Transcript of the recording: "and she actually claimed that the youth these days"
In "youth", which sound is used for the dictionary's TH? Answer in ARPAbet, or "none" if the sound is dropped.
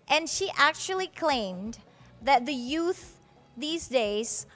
TH